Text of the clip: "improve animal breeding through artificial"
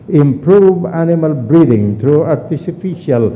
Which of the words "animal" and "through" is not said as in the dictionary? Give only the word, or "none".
through